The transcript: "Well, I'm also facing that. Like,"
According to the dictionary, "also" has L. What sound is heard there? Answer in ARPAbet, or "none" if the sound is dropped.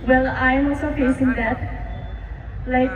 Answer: none